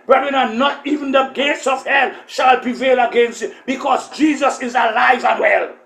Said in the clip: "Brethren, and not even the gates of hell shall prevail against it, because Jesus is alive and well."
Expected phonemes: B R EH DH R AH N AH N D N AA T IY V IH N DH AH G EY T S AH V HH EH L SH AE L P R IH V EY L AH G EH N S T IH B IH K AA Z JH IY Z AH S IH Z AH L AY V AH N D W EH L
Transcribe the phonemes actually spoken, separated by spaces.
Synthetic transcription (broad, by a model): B R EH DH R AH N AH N N AA T IY V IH N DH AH G EY T S AH V HH EH L SH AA L P R IH V EY L AH G EH N S T IH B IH K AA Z JH IY Z AH S IH Z AH L AY V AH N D W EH L